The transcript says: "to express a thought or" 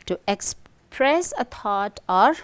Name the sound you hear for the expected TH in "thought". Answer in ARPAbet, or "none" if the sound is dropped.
T